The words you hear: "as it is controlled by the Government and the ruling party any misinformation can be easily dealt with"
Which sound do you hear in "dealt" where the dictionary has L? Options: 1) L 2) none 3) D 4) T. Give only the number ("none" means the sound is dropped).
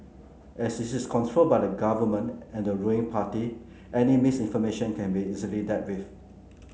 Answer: 2